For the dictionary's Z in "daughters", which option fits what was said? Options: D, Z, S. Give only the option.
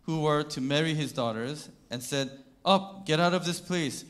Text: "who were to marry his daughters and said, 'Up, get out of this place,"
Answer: Z